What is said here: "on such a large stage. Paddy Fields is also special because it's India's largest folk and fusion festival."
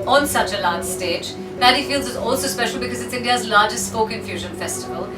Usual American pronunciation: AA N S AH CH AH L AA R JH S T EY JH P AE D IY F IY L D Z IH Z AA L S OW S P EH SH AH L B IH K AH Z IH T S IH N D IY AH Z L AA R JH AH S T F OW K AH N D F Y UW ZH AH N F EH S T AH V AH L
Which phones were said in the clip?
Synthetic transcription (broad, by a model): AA N S AH CH AH L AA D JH S T EY JH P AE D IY F IY L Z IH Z AA L S OW S P EH SH L B IH K AH Z IH T S IH N D IY AH Z L AA JH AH S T P OW K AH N F Y UW ZH AH N F EH S T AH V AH L